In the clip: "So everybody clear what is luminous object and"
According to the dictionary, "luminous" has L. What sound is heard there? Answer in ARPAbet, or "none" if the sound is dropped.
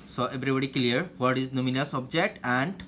N